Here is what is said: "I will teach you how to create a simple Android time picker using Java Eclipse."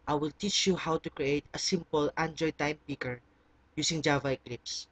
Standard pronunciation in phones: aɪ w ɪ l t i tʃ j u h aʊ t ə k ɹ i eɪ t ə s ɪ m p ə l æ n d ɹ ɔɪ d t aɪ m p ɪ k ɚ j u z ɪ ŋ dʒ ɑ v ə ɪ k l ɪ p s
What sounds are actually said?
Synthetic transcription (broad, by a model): aɪ w ɪ l t i tʃ j u h aʊ t ə k ɹ i eɪ t ə s ɪ m p ə l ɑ n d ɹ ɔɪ t aɪ m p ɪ k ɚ j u s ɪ ŋ dʒ ɑ v ə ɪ k l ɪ p s